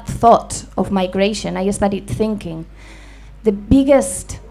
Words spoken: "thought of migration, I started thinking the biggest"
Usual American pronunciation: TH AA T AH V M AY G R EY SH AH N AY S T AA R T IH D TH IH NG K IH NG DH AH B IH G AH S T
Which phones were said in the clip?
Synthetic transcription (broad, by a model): TH AA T AH V M AY G R EY SH AH N AY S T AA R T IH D TH IH NG K IH NG DH AH B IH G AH S T